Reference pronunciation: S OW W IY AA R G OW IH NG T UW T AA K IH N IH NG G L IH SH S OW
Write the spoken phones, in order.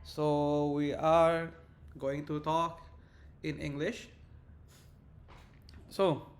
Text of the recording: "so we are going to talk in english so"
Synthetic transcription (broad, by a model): S OW W IY AA R G OW IH NG T UW T AA K IH N IH NG G L IH SH S OW